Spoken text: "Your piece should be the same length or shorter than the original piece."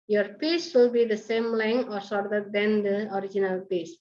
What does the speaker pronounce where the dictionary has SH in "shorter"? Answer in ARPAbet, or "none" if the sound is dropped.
S